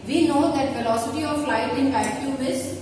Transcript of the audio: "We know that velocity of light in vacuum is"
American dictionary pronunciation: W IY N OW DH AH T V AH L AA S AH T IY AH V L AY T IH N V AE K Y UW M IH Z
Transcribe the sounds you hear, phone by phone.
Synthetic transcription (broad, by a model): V IY N OW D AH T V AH L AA S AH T IY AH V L AY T IH N B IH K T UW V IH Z